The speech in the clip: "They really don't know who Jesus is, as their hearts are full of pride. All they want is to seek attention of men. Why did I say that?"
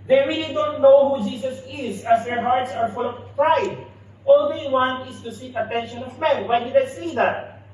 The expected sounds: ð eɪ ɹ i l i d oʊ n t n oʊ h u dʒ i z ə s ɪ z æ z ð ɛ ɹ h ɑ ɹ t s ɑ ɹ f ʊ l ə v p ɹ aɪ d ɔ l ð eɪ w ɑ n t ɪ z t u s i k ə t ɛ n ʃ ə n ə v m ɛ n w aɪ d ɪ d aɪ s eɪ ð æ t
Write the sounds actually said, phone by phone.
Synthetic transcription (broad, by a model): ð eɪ ɹ i l i d oʊ n t n oʊ h u dʒ i s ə s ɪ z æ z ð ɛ ɹ h ɑ ɹ t s ɑ ɹ f ʊ l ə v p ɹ aɪ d ɔ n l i w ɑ n ɪ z t u s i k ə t ɛ n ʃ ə n ə v m ɛ n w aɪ d ɪ d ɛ s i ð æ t